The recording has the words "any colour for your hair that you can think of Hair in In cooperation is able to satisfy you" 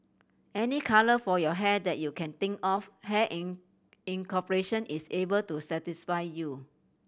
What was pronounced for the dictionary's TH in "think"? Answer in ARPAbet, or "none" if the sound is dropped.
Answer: T